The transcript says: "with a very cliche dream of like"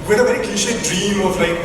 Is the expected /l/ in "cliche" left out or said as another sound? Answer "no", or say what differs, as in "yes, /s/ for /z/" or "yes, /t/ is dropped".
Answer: yes, /l/ is dropped